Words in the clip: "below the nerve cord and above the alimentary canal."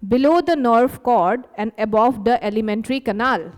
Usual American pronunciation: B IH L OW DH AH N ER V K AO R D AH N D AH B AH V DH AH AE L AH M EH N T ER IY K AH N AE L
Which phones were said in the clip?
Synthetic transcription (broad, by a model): B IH L OW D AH N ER F K AO R D AH N D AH B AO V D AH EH L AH M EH N T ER IY K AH N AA L